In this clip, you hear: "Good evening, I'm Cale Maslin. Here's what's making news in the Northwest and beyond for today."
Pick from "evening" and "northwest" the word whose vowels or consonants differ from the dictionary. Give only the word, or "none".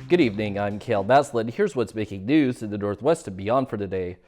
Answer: none